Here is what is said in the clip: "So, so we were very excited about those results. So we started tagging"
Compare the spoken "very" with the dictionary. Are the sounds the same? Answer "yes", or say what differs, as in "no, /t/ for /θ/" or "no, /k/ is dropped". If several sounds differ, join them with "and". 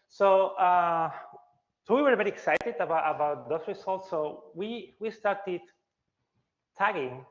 no, /b/ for /v/